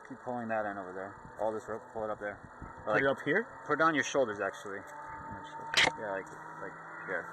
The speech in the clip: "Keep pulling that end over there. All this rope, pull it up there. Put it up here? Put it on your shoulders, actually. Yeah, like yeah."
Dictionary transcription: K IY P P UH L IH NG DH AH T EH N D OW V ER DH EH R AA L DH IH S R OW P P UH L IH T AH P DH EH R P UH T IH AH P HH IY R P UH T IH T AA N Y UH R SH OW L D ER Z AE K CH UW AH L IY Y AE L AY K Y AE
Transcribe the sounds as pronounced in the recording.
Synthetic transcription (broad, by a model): K IY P P UH L IH NG DH AH T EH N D OW V ER DH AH R AA L DH IH S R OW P P UH L IH T AH P DH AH R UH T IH AH P HH IY R P UH T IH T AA N Y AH R SH OW L D ER Z AE K CH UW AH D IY Y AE L AY K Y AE